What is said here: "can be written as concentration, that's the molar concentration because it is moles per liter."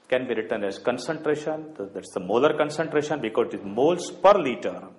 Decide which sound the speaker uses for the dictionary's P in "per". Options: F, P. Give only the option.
P